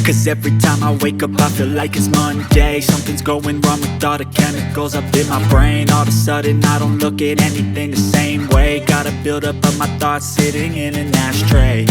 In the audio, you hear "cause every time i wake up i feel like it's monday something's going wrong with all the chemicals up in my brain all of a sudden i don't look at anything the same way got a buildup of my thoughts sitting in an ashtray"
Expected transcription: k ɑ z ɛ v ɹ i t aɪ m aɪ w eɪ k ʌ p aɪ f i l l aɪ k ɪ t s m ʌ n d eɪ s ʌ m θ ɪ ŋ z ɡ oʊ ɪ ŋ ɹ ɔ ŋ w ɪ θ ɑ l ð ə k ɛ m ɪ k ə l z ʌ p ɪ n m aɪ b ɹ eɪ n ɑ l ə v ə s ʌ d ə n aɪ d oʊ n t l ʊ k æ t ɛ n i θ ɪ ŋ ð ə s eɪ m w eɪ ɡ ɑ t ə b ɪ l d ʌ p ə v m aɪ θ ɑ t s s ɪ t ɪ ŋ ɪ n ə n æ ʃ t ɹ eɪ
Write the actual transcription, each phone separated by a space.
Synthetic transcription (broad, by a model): k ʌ z ɛ v ɹ i t aɪ m aɪ w eɪ k ʌ p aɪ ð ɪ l l aɪ k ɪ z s m ʌ n d eɪ s ʌ m θ ɪ ŋ z ɡ oʊ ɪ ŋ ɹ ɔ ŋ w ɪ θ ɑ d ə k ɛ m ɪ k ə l z ʌ p ɪ n m aɪ b ɹ eɪ n ɑ l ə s s ʌ d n aɪ d oʊ n t l ʊ k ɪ t ɛ n i θ ɪ ŋ ð ə s eɪ m w eɪ ɡ ɑ t ə b ɪ l d ʌ p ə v m aɪ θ ɑ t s s ɪ t ɪ ŋ ɪ n ə n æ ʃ t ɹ eɪ